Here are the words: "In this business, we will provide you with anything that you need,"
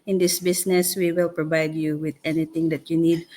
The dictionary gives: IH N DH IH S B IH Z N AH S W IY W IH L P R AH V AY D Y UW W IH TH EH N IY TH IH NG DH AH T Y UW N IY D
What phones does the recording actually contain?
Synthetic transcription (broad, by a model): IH N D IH S B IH S N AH S W IY W IH L P R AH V AY D Y UW W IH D EH N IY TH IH NG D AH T Y UW N IY D